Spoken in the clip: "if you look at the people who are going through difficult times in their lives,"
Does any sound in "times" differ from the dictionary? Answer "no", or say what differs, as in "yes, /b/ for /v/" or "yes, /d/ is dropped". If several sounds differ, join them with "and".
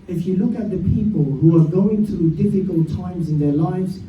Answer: no